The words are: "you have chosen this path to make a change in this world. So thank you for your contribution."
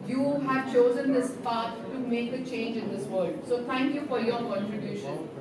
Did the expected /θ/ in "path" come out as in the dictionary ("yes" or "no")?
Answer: no